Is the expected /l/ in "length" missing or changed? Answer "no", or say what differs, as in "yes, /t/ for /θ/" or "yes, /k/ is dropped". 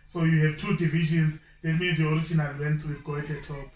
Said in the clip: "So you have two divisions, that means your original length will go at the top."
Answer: yes, /w/ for /l/